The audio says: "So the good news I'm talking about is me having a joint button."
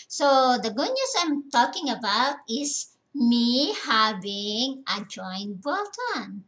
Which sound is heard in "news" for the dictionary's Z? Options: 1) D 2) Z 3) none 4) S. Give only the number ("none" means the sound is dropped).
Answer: 4